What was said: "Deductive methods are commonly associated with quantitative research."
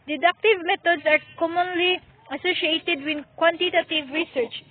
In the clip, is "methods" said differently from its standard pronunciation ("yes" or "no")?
yes